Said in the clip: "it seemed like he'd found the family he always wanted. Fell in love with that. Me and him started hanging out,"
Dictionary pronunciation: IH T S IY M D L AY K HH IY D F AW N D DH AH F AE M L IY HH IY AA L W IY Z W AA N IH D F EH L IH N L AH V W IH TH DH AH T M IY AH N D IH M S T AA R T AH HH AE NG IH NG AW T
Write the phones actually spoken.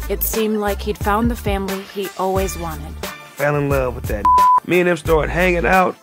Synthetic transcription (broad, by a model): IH T S IY M D L AY K HH IY D F AW N DH AH F AE M L IY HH IY AA L W IY Z W AA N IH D F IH L IH N L AH V W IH DH AH T M IY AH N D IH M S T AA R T HH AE NG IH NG AW T